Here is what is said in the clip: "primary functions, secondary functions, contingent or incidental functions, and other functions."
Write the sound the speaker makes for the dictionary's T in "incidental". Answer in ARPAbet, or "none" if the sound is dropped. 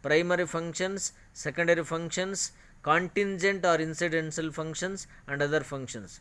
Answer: S